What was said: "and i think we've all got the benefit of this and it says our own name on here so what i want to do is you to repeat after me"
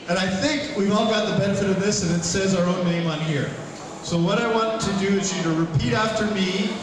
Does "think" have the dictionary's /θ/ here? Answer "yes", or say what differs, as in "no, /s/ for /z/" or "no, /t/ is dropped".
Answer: yes